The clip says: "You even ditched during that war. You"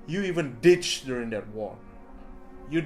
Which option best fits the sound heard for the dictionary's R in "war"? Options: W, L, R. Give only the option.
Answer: L